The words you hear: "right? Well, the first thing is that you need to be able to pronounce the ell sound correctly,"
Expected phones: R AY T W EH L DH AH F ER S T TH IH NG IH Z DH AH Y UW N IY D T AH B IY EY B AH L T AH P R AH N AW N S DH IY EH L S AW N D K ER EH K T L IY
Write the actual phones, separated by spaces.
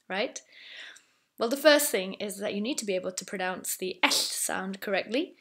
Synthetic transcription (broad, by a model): R AY T W EH L DH AH F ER S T TH IH NG IH Z DH AH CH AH N IY D T AH B IY EY B AH L T AH P R AH N AW N S DH IY EH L S AW N D K ER EH K T L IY